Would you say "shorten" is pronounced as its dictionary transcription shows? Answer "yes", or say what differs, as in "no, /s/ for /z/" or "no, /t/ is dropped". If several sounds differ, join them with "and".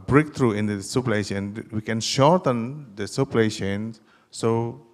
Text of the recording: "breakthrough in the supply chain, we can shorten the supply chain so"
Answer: yes